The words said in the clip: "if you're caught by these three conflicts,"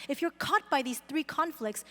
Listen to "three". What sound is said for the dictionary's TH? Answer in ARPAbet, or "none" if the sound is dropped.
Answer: TH